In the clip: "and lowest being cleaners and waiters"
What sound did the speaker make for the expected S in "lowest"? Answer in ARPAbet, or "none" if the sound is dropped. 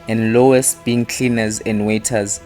S